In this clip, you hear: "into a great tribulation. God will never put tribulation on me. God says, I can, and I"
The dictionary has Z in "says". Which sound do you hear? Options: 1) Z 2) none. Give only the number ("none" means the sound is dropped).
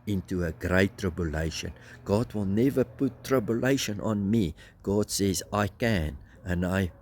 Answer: 1